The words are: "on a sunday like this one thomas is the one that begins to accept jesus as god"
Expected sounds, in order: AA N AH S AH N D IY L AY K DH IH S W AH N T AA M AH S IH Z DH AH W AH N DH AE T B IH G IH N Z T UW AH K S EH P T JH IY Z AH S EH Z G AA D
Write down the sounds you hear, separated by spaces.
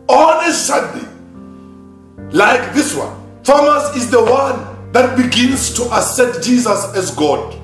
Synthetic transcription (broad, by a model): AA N AH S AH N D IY L AY K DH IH S W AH N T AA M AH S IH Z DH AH W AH N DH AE T B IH G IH N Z T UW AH S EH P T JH IY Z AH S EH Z G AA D